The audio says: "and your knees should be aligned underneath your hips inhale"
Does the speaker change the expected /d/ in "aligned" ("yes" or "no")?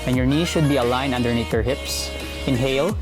yes